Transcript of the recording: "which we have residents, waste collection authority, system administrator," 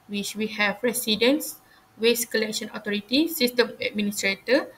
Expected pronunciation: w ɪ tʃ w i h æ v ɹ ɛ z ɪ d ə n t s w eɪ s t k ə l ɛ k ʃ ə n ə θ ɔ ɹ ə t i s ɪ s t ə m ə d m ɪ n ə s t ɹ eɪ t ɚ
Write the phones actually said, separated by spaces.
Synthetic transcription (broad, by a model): w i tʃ w i h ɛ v ɹ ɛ s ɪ d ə n s w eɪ s k ə l ɛ k ʃ ə n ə t ɔ ɹ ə t i s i s t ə m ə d m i n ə s t ɹ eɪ t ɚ